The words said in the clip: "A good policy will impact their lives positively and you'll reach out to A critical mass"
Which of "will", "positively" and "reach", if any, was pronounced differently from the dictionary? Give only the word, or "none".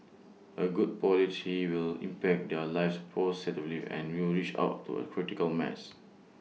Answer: positively